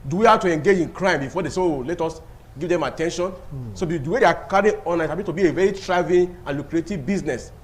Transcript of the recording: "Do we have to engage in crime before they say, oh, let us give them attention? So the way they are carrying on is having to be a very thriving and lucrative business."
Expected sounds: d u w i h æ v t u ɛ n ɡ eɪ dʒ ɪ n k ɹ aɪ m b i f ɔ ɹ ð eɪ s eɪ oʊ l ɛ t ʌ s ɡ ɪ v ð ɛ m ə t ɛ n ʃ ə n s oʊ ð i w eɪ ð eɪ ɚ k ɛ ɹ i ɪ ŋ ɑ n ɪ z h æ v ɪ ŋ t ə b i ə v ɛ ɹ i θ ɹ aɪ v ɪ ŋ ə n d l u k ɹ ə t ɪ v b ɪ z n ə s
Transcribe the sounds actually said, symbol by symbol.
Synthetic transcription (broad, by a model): d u w i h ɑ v t u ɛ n ɡ eɪ dʒ ɪ n k ɹ aɪ m b i f ɔ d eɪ s eɪ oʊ l ɛ t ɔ s ɡ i v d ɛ m ə t ɛ n ʃ ə n s oʊ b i w eɪ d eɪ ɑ k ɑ ɹ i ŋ ɑ n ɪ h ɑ b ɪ t ə b i ə v ɛ ɹ i t ɹ aɪ v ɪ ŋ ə n l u k ɹ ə t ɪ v b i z n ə s